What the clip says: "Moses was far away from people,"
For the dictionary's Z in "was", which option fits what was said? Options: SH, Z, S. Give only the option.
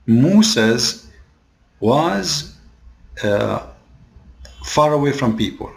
Z